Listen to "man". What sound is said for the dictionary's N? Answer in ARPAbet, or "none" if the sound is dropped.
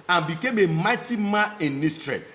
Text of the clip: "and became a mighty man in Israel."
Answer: none